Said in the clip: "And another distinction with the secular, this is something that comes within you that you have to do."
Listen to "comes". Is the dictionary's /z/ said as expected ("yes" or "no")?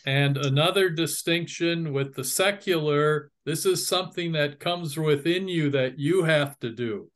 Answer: yes